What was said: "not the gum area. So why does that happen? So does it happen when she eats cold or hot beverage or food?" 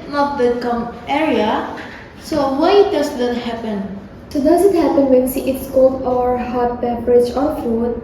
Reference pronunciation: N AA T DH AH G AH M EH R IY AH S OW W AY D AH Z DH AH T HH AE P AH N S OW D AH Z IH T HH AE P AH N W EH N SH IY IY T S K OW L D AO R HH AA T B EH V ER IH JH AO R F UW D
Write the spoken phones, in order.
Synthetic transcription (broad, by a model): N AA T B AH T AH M EH R IY AH S OW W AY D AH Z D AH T HH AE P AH N S OW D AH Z IH T HH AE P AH N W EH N S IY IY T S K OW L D AO R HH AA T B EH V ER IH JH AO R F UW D